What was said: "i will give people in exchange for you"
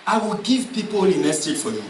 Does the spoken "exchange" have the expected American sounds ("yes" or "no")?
no